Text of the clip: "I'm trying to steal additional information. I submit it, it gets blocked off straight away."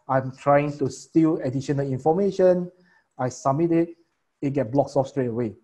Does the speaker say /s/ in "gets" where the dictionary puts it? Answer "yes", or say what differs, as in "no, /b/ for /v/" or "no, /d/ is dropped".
no, /s/ is dropped